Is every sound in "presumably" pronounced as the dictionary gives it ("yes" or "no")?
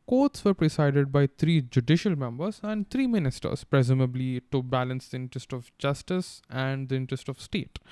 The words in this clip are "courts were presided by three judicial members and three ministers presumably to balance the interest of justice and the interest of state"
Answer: yes